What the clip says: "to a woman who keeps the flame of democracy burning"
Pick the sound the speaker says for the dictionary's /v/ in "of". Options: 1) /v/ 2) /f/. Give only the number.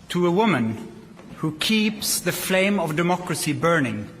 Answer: 1